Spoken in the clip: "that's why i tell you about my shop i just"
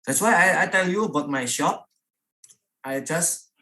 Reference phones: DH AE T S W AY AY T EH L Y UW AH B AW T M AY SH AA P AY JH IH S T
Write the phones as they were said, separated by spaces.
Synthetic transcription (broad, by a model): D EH T S W AY AY T EH L Y UW AH B AW T M AY SH AA P AY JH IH S